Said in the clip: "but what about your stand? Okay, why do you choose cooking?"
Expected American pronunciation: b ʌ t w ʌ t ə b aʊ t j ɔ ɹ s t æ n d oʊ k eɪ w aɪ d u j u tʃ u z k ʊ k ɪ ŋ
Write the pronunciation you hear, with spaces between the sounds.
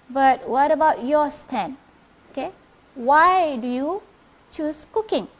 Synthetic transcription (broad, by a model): b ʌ t w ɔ t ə b aʊ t j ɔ s t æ n oʊ k eɪ w aɪ d u j u tʃ u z k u k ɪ ŋ